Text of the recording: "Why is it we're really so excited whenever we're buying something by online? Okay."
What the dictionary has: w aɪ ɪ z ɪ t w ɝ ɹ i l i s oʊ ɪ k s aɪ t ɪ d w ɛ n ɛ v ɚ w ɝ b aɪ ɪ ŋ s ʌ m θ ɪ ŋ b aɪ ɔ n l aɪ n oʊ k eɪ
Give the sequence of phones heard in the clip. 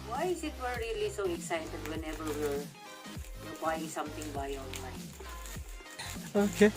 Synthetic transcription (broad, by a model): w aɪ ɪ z ɪ t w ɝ ɹ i l i s oʊ ɪ k s aɪ t ɪ d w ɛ n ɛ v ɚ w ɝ b aɪ ɪ ŋ s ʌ m t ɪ ŋ b aɪ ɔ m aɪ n oʊ k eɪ